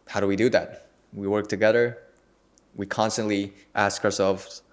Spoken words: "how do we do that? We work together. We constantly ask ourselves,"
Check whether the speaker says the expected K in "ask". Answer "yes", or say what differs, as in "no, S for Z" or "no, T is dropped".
yes